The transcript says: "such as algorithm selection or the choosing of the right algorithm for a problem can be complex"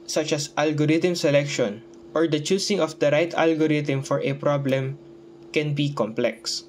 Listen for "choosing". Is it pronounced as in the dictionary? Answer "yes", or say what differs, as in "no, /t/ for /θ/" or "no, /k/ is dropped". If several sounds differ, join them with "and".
no, /s/ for /z/